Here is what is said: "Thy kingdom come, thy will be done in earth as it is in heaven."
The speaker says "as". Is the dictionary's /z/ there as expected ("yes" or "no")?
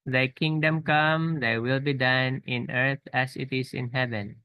no